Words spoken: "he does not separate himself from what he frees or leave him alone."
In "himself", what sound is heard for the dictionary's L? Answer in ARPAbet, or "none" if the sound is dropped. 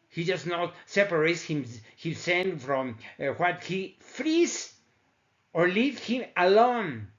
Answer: N